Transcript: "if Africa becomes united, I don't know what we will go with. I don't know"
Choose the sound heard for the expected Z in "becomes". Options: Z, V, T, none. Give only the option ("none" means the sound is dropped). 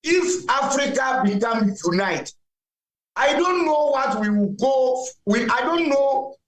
none